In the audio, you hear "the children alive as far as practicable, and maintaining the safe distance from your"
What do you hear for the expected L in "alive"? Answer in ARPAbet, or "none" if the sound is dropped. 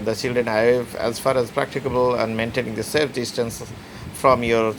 none